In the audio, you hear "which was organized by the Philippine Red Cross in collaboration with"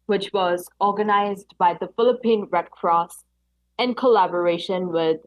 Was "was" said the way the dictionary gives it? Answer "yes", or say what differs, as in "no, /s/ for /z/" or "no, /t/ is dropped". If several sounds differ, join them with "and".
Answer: yes